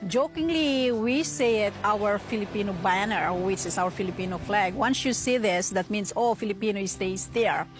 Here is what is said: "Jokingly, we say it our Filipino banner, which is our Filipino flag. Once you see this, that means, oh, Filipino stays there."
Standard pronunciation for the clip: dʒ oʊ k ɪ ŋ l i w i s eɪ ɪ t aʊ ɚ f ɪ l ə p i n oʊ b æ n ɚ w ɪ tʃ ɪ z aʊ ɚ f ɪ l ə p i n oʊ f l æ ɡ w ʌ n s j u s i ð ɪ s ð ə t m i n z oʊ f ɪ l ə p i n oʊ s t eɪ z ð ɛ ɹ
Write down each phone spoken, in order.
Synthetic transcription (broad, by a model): dʒ oʊ k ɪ ŋ l i w i s eɪ ɪ t aʊ ɚ f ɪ l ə p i n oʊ b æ n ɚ w ɪ tʃ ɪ s aʊ ɚ f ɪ l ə p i n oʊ f l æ ɡ w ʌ n s j u s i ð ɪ s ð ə t m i n s oʊ f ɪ l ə p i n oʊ s t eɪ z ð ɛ ɹ